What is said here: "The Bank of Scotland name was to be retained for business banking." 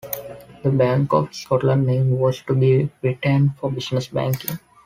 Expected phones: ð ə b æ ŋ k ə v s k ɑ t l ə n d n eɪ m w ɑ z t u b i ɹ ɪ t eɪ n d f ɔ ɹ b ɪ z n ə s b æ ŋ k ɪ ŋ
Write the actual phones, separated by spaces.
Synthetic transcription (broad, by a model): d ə b æ ŋ k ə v s k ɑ t l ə d n eɪ m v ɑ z t u b i ɹ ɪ t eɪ n d f ɔ ɹ b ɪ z n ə s b æ ŋ k ɪ ŋ